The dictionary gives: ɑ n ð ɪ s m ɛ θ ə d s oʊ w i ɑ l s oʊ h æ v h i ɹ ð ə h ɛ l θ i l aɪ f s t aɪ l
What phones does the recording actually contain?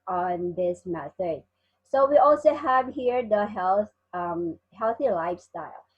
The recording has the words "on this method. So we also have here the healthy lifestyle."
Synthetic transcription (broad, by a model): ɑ n ð ɪ s m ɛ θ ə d s oʊ w i ɑ l s oʊ h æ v h i ɹ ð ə h ɛ l θ i l aɪ f s t aɪ l